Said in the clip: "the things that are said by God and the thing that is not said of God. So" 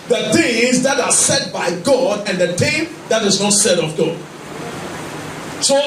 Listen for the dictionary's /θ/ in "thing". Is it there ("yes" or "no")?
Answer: no